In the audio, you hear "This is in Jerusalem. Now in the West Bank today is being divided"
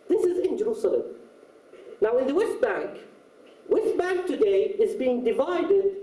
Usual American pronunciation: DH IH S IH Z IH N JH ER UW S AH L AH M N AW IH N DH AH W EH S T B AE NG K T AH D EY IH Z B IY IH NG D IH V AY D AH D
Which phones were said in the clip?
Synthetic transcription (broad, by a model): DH IH S IH Z IH N JH ER UW S AH L AH M N AW IH N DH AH W EH S T B AE NG K T AH D EY IH Z B IY IH NG D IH V AY D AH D